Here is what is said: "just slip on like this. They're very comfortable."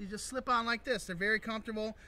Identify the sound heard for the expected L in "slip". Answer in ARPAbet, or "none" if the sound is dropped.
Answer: L